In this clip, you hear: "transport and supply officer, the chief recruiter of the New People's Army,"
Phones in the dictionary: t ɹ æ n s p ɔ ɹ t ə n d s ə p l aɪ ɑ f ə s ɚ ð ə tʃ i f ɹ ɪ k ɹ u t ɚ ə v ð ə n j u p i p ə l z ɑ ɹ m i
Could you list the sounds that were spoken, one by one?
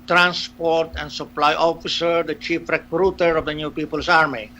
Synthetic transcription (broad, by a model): t ɹ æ n s p ɔ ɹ t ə n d s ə p l aɪ ɑ f ə s ɚ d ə tʃ i f ɹ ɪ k ɹ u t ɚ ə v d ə n j u p i p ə l s ɑ ɹ m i